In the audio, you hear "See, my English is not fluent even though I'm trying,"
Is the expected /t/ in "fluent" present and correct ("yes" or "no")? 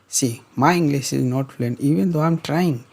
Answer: no